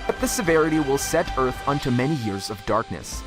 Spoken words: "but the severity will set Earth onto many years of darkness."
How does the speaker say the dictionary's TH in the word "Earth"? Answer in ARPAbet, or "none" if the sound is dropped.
TH